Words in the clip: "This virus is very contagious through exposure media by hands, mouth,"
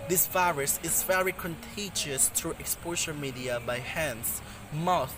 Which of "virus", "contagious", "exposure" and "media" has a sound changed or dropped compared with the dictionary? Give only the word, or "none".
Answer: exposure